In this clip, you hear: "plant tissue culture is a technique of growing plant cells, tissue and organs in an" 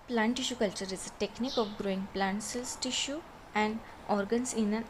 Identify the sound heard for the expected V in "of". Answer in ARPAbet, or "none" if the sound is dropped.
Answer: P